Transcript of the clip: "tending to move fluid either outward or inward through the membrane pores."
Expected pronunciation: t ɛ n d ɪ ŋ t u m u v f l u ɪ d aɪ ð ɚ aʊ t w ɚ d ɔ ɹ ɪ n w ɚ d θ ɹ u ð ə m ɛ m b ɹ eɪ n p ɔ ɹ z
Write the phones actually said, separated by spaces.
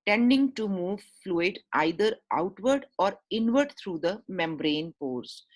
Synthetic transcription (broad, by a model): t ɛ n d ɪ ŋ t u m u v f l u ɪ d aɪ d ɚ aʊ t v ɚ d ɔ ɹ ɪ n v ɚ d t ɹ u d ə m ɛ m b ɹ eɪ n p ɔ ɹ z